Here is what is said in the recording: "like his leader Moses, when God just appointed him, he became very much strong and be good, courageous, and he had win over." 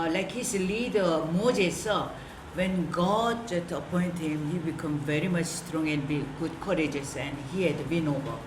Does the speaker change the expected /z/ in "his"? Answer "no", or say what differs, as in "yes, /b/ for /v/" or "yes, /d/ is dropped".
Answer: yes, /s/ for /z/